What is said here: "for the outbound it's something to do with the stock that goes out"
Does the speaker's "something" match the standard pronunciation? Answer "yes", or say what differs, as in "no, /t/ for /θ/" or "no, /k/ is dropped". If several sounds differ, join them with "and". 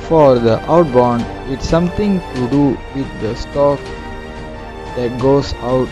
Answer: no, /t/ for /θ/